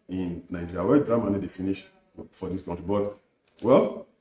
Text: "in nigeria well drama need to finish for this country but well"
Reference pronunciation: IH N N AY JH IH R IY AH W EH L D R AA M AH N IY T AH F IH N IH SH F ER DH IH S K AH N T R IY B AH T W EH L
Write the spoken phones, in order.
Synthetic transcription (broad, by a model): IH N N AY IH IY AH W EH D R AA M AH N IY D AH F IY N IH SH F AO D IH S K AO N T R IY B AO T W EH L